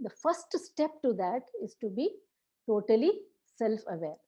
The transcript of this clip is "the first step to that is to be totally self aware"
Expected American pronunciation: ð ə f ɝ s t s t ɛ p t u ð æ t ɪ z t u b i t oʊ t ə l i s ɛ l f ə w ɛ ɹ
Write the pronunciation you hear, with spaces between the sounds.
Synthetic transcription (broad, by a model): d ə f ɝ s t s t ɛ p t u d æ t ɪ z t u b i t oʊ t ə l i s ɛ l f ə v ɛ ɹ